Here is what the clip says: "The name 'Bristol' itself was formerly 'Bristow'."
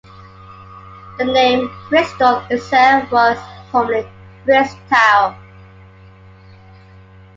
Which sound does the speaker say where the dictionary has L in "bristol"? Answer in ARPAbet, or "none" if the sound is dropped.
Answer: N